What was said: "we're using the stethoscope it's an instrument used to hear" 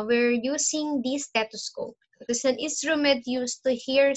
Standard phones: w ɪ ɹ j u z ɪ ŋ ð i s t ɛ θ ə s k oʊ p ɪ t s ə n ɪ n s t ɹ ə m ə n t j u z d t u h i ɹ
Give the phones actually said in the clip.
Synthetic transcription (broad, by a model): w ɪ ɹ j u s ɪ ŋ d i s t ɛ t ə s k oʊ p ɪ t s ə n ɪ n s t ɹ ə m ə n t j u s t u h i ɹ